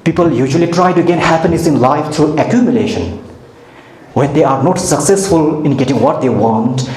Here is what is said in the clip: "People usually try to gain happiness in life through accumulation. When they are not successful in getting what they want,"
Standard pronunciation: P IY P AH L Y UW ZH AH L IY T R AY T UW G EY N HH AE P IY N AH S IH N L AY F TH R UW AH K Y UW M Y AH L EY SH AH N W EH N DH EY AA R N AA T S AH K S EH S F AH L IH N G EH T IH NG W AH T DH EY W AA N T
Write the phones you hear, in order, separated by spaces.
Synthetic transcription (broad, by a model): P IY P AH L Y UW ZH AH L IY T R AY T UW G EY N HH AE P IY N AH S IH N L AY F T R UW AH K Y UW M Y AH L EY SH AH N W EH N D EY AA R N AA T S AH K S EH S F AH L IH N G EH T IH NG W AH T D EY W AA N T